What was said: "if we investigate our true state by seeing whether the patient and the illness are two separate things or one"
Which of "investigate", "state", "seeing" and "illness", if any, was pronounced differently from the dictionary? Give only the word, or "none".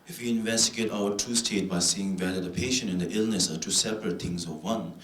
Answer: none